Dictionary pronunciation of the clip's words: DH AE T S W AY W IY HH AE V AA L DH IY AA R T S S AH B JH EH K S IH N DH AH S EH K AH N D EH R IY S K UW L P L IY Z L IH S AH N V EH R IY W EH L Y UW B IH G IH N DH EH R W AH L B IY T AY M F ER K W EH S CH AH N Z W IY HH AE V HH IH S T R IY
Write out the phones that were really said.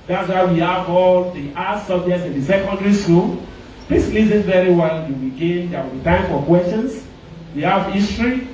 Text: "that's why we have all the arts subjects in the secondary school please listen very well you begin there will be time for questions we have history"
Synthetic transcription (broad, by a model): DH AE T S W AY W IY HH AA V AA L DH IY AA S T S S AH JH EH S IH N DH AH S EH K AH N D R IY S K UW L P L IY S L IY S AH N V EH R IY W EH L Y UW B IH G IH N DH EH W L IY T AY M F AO K W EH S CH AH N S W IY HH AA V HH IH S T R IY